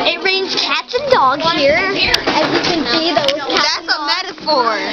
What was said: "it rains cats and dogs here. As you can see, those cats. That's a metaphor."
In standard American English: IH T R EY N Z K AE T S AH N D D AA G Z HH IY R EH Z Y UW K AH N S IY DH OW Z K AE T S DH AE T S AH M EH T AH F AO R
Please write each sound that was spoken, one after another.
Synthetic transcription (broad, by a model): IH T R EY N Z K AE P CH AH N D D AA G HH IY R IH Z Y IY K AH N S IY DH OW Z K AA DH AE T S AH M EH T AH F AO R